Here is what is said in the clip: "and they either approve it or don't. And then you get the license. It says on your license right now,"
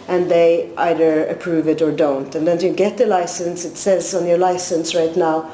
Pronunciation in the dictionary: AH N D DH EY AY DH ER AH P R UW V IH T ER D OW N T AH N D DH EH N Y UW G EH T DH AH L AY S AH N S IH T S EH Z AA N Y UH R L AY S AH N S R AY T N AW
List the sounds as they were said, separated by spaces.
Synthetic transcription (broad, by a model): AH N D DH EY AY DH ER AH P R UW V IH T ER D OW N T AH N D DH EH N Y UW G EH T DH AH L AY S AH N S IH T S EH Z N Y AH R L AY S AH N S R AY T N AW